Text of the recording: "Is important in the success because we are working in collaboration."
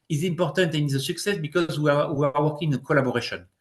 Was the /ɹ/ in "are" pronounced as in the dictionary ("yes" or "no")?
no